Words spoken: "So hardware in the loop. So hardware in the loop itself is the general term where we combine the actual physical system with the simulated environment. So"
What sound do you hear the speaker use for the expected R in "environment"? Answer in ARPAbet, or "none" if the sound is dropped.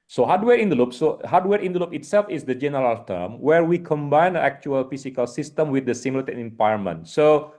none